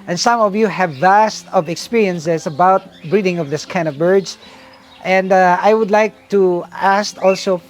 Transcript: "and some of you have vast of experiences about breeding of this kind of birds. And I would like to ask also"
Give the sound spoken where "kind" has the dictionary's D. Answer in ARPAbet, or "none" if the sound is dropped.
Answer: none